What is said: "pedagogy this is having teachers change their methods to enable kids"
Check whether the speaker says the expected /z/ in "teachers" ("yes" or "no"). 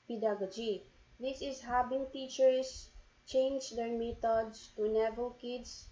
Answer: no